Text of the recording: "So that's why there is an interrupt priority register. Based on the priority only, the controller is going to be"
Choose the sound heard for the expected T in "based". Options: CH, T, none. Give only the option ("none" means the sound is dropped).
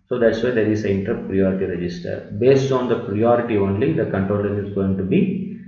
T